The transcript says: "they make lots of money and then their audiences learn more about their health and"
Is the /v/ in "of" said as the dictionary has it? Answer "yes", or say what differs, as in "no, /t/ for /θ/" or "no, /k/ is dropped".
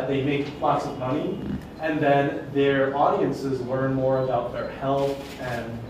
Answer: yes